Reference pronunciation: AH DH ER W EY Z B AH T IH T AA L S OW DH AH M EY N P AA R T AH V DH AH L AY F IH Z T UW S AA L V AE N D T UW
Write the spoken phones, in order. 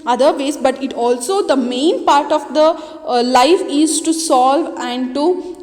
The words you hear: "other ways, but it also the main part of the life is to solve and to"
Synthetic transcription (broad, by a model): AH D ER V EY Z B AH T IH T AA L S OW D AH M EY N P AA R T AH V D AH L AY F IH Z T UW S AA L V AE N D T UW